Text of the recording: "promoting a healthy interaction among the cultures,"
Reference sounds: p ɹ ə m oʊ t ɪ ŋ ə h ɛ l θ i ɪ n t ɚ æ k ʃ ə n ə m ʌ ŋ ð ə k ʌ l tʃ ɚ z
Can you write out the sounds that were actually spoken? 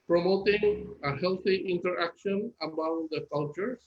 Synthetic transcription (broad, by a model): p ɹ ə m oʊ t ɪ ŋ ə h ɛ l t i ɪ n t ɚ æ k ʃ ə n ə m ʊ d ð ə k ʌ l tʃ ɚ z